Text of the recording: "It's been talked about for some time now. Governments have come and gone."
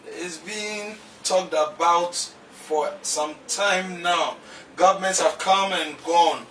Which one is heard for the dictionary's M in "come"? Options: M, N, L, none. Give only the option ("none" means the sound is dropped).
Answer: M